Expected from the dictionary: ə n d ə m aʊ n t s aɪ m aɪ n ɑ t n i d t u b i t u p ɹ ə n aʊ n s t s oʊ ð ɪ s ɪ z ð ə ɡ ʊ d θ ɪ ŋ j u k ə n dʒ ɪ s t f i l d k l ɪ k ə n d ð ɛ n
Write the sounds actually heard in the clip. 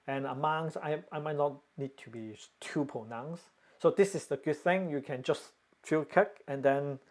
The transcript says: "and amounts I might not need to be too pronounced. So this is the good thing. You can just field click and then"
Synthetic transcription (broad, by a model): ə n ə m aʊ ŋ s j aɪ m aɪ n ɑ t n i d t u b i t u p ə n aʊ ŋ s s oʊ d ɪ s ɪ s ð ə ɡ ʊ d θ ɪ ŋ j u k ə n dʒ ɪ s t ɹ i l k ɪ k ə n d ɛ n